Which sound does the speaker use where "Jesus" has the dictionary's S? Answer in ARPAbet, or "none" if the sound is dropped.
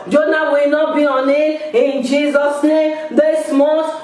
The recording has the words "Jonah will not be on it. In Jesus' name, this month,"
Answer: S